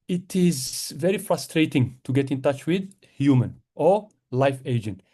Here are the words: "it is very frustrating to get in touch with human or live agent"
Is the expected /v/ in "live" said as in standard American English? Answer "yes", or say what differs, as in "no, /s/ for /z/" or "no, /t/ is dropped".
no, /f/ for /v/